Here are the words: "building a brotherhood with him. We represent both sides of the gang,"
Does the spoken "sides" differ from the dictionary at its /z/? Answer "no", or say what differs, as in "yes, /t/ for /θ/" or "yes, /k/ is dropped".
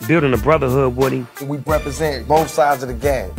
no